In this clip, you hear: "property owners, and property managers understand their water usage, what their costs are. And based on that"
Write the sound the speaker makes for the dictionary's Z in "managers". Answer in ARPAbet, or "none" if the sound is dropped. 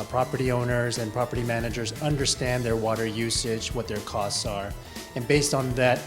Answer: Z